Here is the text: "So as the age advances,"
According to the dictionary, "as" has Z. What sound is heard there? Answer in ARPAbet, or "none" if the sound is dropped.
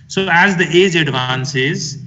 Z